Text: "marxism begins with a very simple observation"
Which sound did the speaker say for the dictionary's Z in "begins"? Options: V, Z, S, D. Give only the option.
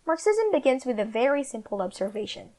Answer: Z